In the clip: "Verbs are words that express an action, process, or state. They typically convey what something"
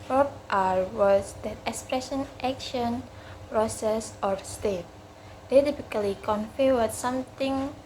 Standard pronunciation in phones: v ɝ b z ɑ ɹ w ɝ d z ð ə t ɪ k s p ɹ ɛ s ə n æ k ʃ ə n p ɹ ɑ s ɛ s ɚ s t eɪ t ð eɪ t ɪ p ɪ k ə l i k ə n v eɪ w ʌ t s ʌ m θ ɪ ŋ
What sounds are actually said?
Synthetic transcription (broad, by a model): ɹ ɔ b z ɑ ɹ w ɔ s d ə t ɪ k s p ɹ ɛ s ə n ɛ k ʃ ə n p ɹ ɑ s ɛ s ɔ s t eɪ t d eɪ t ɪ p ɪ k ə l i k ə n f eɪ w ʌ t s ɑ m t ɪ ŋ